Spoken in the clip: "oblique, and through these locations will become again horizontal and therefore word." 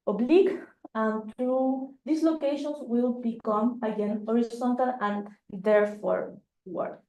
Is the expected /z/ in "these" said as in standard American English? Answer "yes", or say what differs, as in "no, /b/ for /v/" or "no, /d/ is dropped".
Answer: no, /s/ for /z/